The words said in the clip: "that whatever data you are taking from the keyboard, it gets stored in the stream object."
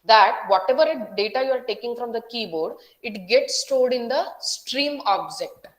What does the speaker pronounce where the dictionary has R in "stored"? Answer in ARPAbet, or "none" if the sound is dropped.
L